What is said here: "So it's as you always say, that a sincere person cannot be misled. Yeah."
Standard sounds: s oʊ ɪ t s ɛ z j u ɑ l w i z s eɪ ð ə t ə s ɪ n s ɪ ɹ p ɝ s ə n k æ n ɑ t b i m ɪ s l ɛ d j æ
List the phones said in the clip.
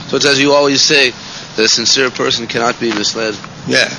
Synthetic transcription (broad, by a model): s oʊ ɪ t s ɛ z j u ɑ l w i z s eɪ ð ə t ə s ɪ n s ɪ ɹ p ɝ s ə n k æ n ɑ t b i m ɪ s l ɛ d j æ